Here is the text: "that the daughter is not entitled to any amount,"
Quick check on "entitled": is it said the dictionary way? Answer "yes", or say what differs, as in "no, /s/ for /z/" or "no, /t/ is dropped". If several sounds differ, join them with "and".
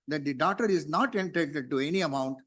no, /l/ is dropped